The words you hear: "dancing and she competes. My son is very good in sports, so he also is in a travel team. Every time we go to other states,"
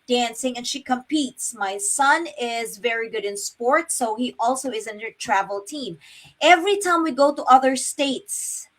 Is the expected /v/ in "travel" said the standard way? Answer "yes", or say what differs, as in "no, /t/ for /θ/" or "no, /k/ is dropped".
yes